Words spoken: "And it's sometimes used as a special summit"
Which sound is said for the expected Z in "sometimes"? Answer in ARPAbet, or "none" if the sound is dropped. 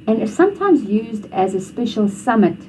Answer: Z